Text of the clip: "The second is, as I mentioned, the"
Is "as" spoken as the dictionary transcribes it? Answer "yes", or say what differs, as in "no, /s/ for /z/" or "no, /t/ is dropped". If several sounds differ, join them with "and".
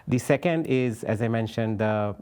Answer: yes